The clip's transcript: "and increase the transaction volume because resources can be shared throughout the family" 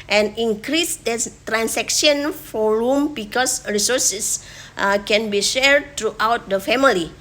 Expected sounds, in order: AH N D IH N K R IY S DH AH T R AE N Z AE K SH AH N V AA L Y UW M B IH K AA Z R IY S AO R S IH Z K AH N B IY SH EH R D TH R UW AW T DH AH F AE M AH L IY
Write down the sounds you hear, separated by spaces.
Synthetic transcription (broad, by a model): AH N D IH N K R IY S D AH T R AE N S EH K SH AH N F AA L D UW M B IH K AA S R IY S AO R S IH S K AH N B IY SH EH R D T R UW AW T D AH F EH M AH L IY